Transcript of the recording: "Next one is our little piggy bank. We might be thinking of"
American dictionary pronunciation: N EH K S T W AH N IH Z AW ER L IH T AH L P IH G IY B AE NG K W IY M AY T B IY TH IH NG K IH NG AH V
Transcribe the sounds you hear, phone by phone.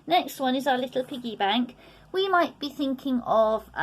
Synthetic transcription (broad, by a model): N EH K S T W AH N IH Z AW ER L IH T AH L P IH G IY B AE NG K W IY M AY T B IY TH IH NG K IH NG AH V